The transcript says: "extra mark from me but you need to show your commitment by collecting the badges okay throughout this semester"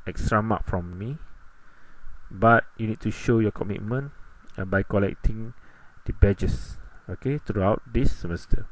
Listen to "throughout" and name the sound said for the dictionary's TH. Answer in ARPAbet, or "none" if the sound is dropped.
T